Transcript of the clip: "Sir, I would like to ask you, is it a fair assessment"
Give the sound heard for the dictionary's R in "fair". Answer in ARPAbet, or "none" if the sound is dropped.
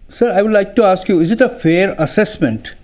R